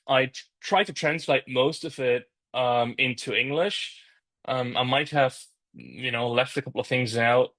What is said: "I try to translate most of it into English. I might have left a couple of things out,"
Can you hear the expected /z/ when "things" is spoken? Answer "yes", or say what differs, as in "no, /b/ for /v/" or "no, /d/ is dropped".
yes